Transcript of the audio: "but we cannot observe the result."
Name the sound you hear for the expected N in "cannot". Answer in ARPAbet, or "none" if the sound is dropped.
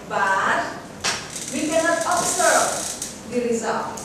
N